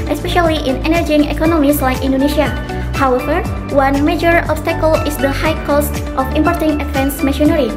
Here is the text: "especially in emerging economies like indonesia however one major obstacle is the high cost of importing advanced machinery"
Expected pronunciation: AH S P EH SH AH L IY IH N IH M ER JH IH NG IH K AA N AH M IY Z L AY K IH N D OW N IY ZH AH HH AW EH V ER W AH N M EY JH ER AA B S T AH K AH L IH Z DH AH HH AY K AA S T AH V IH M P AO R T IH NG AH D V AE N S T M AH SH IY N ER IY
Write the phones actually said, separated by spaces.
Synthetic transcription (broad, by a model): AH S P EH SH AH L IY IH N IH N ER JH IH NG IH K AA N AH M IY S L AY K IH N D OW N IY SH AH HH AW EH V ER W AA N M EY JH ER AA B S T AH K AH L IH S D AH HH AY K AA S T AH F IH M P AO R T IH NG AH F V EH N S M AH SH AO N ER IY